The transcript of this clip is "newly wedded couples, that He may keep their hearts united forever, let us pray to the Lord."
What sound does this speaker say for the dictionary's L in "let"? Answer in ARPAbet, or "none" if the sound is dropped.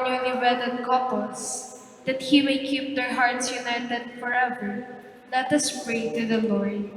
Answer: L